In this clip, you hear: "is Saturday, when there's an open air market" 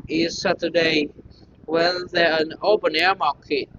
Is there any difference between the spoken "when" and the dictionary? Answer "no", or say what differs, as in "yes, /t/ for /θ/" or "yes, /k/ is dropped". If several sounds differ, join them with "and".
yes, /l/ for /n/